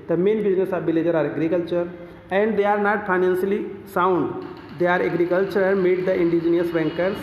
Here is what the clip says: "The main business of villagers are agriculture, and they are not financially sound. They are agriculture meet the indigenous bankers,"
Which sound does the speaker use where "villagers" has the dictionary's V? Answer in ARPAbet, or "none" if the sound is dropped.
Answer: B